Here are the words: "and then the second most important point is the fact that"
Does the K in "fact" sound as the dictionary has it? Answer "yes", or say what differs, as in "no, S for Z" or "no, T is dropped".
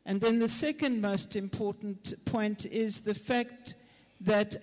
yes